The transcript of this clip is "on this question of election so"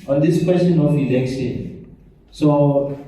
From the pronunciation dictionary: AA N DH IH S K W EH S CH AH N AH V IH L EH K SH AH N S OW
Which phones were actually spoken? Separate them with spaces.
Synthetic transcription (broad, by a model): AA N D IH S K W EH S CH AH N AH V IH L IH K S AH S OW